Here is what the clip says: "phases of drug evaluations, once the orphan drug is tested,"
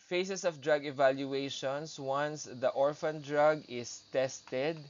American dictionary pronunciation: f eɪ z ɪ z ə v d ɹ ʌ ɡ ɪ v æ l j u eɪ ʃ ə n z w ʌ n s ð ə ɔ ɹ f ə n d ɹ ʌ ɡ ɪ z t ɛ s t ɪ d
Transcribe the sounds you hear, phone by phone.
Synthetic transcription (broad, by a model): f eɪ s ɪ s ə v d ɹ ʌ ɡ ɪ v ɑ l j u eɪ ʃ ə n s w ʌ n s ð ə ɔ ɹ f ə n d ɹ ʌ ɡ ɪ s t ɛ s t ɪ d